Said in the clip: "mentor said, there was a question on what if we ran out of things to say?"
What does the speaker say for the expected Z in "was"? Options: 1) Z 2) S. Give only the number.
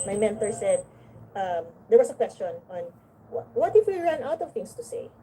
2